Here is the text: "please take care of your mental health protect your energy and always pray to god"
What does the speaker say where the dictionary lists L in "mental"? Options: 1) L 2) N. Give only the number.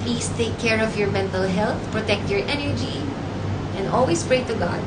1